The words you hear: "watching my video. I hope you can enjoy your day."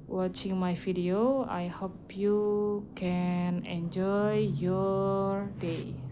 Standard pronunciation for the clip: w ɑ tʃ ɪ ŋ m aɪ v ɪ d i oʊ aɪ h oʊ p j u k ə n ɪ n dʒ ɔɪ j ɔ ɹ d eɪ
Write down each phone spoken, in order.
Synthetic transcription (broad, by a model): w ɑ tʃ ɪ ŋ m aɪ f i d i oʊ aɪ h oʊ p j u k ə n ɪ n dʒ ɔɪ j ɔ ɹ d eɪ